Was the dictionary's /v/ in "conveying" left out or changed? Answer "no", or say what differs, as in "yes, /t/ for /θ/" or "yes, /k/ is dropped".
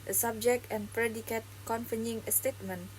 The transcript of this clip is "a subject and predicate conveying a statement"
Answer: yes, /f/ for /v/